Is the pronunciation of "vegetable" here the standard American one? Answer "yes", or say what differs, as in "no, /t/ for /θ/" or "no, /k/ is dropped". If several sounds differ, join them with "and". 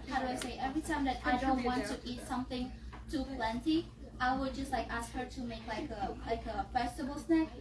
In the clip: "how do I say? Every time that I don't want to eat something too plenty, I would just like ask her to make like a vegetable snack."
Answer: no, /f/ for /v/